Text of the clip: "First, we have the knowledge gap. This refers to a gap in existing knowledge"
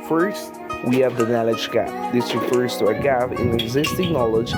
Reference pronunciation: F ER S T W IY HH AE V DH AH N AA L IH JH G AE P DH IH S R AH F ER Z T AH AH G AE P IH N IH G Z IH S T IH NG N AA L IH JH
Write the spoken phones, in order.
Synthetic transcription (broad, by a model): F ER S T W IY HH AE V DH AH N AA L IH JH G AE P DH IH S R AH F ER Z T AH AH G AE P IH N IH G Z IH S T IH NG N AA L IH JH